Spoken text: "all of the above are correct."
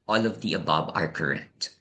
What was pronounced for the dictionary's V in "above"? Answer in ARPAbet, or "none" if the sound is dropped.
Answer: B